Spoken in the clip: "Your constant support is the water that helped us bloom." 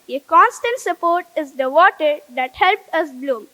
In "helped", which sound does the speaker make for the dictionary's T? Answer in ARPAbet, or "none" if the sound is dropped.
none